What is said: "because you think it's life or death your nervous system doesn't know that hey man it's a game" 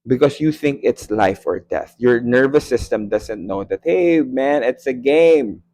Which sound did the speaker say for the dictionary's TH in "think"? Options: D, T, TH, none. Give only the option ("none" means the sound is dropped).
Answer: TH